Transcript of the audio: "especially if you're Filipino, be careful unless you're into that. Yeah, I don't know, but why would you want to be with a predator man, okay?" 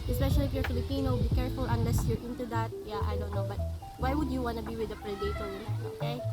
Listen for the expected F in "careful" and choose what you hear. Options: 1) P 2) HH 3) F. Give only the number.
3